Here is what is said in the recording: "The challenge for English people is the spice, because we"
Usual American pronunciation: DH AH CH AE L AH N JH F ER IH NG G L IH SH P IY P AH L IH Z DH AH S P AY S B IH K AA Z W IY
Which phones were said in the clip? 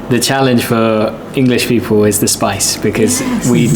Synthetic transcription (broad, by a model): DH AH CH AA L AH N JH F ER IH NG G L IH SH P IY P AH L IH Z DH AH S P AY S B IH K AA Z W IY